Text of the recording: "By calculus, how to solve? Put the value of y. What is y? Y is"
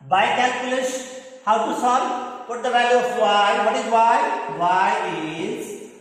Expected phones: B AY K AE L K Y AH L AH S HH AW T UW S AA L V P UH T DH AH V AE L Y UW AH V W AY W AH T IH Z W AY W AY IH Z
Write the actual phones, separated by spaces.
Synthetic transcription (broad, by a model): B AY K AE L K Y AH L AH SH HH AW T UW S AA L P UH T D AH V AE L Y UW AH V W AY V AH T IH Z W AY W AY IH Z